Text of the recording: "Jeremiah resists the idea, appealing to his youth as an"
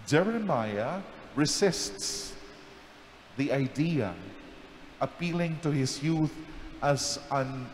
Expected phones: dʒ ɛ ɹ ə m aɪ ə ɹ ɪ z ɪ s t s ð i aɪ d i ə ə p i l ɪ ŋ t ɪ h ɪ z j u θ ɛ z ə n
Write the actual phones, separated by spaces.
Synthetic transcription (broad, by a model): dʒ ɛ ɹ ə m aɪ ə ɹ ɪ z ɪ s t s ð i aɪ d i ə ə p i l ɪ ŋ t ɪ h ɪ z j u θ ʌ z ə n